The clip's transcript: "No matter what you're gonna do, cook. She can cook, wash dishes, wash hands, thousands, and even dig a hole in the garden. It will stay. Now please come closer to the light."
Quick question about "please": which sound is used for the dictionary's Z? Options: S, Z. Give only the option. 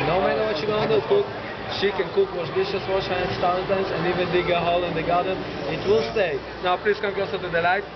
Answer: S